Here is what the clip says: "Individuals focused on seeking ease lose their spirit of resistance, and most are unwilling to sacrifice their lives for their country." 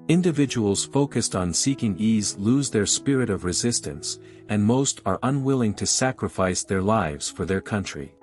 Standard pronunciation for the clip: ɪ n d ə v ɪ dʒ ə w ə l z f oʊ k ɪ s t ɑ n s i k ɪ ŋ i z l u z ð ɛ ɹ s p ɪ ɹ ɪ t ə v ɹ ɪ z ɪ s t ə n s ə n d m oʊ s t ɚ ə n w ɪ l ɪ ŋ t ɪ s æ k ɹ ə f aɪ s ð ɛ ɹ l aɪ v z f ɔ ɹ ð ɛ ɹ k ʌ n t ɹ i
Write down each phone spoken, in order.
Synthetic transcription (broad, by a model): ɪ n d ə v ɪ dʒ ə w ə l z f oʊ k ɪ s t n s i k ɪ ŋ i z l u z ð ɛ ɹ s p ɪ ɹ ɪ t ə v ɹ ɪ z ɪ s t ə n s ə n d m oʊ s t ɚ ə n w ɪ l ɪ ŋ t ɪ s æ k ɹ ə f aɪ s ð ɛ ɹ l aɪ v z f ɔ ɹ ð ɛ ɹ k ʌ n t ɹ i